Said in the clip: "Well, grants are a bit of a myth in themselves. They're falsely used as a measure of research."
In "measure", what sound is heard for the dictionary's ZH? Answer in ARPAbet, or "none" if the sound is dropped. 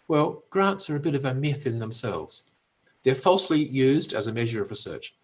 ZH